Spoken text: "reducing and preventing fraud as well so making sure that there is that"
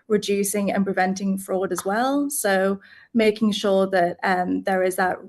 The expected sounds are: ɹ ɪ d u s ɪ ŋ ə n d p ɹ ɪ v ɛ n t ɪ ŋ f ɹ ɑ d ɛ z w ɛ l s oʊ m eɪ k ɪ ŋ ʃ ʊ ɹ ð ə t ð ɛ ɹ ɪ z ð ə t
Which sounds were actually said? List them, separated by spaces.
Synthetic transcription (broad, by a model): ɹ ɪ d u s ɪ ŋ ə n p ɹ ɪ v ɛ n t ɪ ŋ f ɹ ɑ d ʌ z w ɛ l s oʊ m eɪ k ɪ ŋ ʃ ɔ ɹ ð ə t ð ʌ ɹ ɪ z ð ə t